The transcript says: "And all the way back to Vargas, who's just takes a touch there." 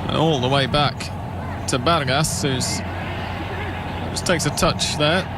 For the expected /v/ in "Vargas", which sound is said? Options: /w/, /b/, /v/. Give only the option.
/b/